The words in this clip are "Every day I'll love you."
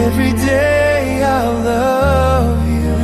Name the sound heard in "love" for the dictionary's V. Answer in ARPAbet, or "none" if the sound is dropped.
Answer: V